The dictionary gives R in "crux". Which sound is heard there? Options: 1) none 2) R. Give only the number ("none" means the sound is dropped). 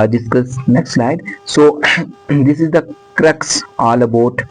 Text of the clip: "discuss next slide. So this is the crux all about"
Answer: 2